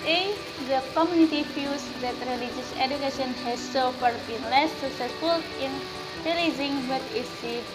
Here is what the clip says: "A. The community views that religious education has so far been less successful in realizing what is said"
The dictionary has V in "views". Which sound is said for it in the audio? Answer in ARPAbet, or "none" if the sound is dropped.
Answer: F